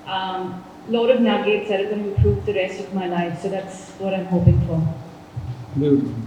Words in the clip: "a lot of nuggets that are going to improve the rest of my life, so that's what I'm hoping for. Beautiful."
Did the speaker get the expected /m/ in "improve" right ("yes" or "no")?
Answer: no